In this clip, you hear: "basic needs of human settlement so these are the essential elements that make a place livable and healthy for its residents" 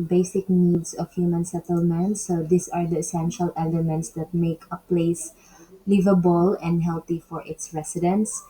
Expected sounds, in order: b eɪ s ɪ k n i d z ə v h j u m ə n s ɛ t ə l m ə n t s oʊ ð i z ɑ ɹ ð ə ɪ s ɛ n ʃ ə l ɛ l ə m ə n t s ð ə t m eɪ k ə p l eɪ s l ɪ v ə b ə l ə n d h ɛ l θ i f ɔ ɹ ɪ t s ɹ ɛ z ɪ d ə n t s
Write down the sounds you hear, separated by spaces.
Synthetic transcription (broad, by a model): b eɪ s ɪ k n i d s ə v h j u m ə n s ɛ t ə l m ə n t s oʊ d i s ɑ ɹ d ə ɪ s ɛ n ʃ ə l ɛ l ə m ə n t s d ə t m eɪ k ə p l eɪ s l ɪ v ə b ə l ə n d h ɛ l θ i f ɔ ɹ ɪ t s ɹ ɛ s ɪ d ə n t s